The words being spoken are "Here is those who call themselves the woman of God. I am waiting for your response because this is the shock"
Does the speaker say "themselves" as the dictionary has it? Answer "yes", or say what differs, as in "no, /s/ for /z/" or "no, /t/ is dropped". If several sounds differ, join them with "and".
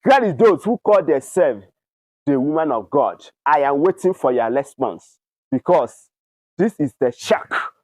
no, /m/ is dropped